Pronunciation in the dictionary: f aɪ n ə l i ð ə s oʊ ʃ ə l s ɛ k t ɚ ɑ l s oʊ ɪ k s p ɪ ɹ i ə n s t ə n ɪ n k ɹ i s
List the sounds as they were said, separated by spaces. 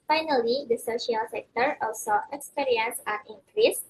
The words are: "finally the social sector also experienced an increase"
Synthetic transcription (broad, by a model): f aɪ n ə l i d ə s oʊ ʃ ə l s ɛ k t ɚ ɑ l s oʊ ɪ k s p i ɹ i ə n s ə n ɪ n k ɹ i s